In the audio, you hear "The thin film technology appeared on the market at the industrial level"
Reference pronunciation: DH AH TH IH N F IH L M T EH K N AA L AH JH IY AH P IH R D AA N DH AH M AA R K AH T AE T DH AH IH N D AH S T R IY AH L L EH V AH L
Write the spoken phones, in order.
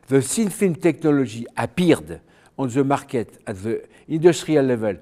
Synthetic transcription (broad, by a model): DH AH S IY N F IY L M T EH K N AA L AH ZH IY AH P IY R D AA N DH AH M AA R K AH T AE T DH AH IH N D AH S T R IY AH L L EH V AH L